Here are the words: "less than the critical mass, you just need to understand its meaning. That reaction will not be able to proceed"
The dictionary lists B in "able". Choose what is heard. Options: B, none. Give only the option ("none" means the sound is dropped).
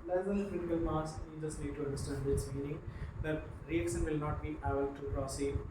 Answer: none